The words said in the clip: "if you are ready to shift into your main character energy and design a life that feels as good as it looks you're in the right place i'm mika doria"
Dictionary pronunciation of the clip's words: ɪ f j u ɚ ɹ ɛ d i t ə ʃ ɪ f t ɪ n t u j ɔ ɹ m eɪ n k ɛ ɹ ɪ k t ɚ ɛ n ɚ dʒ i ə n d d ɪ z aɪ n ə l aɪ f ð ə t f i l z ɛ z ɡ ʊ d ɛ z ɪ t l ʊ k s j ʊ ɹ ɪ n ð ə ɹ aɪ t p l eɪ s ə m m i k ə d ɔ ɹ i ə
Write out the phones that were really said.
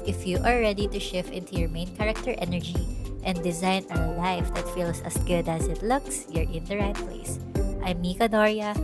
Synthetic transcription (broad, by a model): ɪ f j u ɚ ɹ ɛ d i t ə ʃ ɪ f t ɪ n t u j ɔ ɹ m eɪ n k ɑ ɹ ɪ k t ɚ ɛ n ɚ dʒ i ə n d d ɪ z aɪ n ə l aɪ f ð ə t f i l s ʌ s ɡ ʊ d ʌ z ɪ t l ʊ k s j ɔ ɹ ɪ n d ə ɹ aɪ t p l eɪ s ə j m i k ə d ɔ ɹ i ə